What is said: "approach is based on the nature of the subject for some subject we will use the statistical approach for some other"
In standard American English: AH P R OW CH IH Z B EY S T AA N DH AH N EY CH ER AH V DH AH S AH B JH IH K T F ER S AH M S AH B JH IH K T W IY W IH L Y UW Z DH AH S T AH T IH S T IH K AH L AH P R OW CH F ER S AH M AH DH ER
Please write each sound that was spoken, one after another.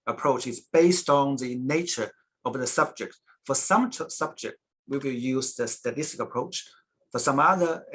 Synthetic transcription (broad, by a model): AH P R OW CH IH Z B EY S T N DH AH N EY CH ER AH V DH AH S AH B JH IH K T F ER S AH M S AH B JH IH K T W IY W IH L Y UW Z DH AH S T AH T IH S T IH K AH AH P R OW CH F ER S AH M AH DH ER